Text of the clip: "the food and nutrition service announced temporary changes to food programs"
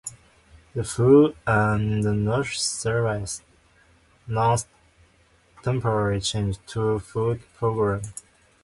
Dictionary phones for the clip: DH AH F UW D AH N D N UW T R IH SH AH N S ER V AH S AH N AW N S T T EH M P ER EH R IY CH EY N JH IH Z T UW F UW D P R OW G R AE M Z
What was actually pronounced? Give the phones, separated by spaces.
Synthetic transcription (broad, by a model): DH AH F UW D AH N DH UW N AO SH S ER V AH S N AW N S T T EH M P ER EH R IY CH EY N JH T UW F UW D P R OW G R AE M